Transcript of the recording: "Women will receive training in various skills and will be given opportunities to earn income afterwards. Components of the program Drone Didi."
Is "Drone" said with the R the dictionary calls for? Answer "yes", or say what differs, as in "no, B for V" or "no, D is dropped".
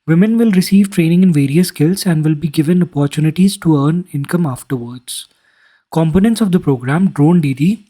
yes